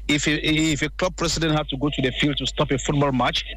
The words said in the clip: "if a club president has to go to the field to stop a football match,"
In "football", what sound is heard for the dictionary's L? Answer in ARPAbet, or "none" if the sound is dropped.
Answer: L